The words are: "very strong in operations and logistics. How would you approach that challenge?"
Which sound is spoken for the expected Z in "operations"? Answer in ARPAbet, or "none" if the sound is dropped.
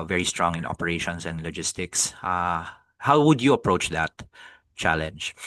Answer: S